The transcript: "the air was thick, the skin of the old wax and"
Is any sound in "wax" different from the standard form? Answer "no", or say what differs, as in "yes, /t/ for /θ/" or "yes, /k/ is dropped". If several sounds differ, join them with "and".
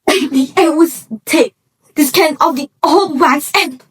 yes, /k/ is dropped